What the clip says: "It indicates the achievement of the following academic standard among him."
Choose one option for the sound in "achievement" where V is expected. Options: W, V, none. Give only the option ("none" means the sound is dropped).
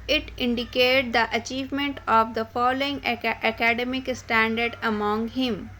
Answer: V